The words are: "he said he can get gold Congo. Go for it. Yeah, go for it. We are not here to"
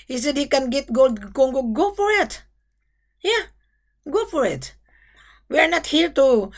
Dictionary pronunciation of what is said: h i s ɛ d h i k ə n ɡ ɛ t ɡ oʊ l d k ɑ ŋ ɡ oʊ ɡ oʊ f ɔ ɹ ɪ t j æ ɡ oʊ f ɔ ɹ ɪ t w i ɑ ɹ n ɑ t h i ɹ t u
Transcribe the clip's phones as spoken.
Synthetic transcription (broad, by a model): h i s ɛ d h i k ə n ɡ ɛ t ɡ oʊ l d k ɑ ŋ ɡ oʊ ɡ oʊ f ɔ ɹ ɪ t j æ ɡ oʊ f ɔ ɹ ɪ t w i ɑ ɹ n ɑ t h i ɹ t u